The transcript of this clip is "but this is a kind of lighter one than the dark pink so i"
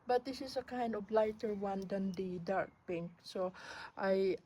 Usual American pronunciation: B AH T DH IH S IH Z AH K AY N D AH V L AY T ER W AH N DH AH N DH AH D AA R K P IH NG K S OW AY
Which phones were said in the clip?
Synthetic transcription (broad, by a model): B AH T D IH S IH S AH K AY N D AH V L AY T ER W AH N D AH N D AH D AA R K P IH NG K S OW AY